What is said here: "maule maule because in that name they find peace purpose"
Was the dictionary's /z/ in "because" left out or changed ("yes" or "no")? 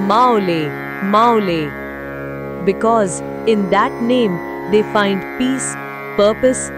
no